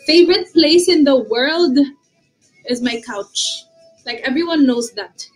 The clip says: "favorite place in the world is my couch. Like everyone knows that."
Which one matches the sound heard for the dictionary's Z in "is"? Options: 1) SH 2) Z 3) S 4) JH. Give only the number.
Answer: 2